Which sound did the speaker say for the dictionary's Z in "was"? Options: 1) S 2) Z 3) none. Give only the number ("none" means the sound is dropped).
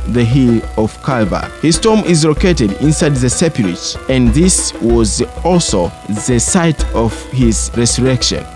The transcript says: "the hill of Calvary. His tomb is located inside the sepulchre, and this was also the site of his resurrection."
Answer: 2